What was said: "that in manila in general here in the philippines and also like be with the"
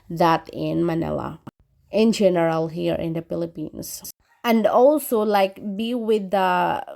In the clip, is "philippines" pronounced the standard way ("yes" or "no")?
no